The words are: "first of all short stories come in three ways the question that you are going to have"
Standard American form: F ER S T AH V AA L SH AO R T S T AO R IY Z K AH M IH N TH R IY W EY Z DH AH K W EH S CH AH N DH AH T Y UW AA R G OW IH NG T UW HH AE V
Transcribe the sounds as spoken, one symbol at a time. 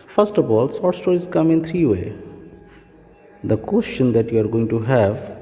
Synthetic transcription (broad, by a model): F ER S T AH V AA L S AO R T S T AO R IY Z K AH M IH N T R IY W EY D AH K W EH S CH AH N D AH T Y UW AA R G OW IH NG T UW HH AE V